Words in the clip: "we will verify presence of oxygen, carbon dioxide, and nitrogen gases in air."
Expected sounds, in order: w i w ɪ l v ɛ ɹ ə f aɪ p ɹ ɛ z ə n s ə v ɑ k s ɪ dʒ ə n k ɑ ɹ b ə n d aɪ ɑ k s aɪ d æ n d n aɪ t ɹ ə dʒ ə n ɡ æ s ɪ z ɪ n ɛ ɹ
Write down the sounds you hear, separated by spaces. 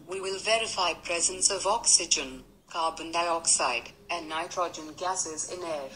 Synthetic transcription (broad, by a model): w i w ɪ l v ɛ ɹ ə f aɪ p ɹ ɛ z ə n s ə v ɑ k s ɪ dʒ ə n k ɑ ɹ b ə n d aɪ ɑ k s aɪ d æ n n aɪ t ɹ ə dʒ ə n ɡ æ s ɪ z ɪ n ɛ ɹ